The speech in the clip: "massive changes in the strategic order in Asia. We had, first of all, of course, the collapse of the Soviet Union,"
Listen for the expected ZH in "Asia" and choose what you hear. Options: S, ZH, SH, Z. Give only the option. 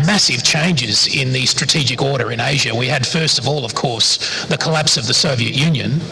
ZH